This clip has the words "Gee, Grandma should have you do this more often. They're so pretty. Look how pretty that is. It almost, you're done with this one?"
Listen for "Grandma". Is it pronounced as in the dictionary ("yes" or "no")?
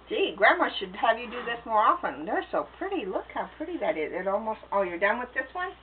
yes